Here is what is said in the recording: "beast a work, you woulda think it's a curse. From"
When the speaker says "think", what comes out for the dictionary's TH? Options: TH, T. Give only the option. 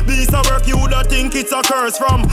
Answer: T